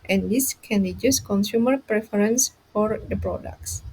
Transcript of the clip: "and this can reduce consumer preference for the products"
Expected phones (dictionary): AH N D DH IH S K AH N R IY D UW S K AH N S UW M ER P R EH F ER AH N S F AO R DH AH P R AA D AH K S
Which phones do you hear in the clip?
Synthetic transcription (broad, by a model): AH N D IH S K AH N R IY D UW S K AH N S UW M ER P R EH F ER AH N S F AO R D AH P R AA D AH K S